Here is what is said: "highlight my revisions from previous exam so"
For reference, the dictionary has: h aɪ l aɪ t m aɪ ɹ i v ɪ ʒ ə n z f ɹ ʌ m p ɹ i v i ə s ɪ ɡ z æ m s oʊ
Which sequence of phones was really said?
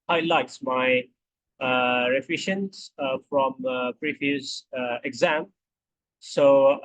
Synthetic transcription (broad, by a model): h aɪ l aɪ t m aɪ ɹ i f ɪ ʃ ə n s f ɹ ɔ m p ɹ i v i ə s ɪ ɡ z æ m s oʊ